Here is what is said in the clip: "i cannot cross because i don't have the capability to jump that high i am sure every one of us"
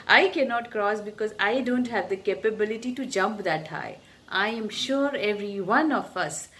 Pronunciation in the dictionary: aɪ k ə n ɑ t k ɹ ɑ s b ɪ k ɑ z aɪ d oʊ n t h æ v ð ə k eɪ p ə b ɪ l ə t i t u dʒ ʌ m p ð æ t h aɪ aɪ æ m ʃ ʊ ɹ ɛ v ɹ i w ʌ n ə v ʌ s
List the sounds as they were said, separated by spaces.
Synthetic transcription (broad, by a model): aɪ k ə n ɑ t k ɹ ɑ s b ɪ k ɑ z aɪ d oʊ n t h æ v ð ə k eɪ p ə b ɪ l ə t i t u dʒ ʌ m p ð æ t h aɪ aɪ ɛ m ʃ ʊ ɹ ɛ v ɹ i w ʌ n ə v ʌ s